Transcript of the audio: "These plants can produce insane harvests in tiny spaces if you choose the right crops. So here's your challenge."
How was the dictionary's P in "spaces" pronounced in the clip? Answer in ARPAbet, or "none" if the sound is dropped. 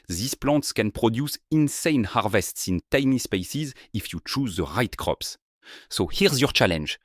P